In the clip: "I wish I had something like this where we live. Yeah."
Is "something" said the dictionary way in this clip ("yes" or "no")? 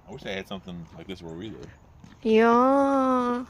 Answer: yes